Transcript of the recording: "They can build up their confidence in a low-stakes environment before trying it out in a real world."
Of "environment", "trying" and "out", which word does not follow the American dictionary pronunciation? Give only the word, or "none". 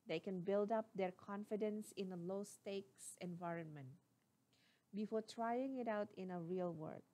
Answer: none